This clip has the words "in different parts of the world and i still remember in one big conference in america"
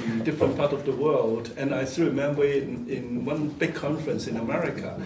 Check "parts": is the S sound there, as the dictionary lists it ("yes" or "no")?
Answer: no